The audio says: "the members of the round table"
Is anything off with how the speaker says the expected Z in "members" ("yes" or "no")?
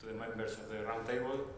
yes